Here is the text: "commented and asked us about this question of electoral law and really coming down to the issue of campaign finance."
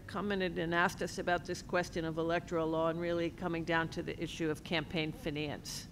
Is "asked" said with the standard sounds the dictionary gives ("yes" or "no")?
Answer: yes